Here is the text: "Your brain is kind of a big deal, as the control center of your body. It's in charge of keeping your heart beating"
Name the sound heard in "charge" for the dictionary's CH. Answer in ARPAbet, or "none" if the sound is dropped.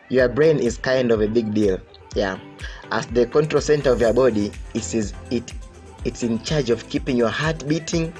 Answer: CH